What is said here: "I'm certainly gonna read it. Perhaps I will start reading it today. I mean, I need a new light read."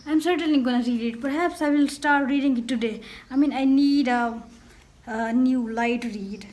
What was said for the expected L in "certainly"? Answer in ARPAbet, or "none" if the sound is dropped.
L